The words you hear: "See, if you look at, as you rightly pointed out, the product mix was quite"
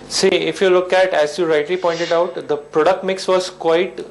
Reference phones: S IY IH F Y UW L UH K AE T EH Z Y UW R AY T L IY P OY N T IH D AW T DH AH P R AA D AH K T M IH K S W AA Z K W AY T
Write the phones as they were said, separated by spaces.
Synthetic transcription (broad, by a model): S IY IH F Y UW L UH K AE T EH Z Y UW R AY T L IY P OY N T IH D AW T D AH P R AA D AH K T M IH K S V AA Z K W AY T